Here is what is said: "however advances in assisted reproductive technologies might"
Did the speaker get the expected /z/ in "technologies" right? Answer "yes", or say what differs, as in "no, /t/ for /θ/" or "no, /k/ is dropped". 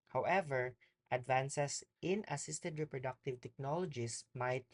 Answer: no, /s/ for /z/